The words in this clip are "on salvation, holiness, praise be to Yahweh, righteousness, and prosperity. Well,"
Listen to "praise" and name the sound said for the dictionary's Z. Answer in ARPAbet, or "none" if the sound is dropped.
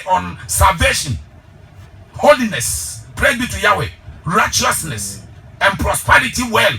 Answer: none